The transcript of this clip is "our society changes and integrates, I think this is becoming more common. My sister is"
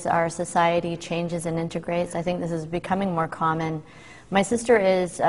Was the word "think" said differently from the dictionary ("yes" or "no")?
no